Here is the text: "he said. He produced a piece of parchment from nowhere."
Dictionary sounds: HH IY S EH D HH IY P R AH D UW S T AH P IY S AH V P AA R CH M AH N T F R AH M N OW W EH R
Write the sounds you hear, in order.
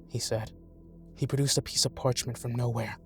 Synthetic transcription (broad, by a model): HH IY S EH D HH IY P R AH D UW S T AH P IY S AH V P AA R CH M AH N T F R AH M N OW W EH R